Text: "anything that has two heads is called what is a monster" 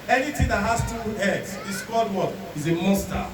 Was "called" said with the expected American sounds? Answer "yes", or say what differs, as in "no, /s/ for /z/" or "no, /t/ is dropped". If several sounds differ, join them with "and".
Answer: no, /l/ is dropped